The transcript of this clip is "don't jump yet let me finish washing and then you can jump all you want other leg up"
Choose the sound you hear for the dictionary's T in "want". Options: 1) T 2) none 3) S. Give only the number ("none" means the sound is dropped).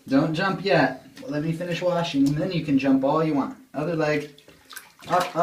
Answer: 1